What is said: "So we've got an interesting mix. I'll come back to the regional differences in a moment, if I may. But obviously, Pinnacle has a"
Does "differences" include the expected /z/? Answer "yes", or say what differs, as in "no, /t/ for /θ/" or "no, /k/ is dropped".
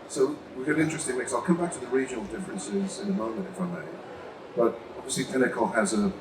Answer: yes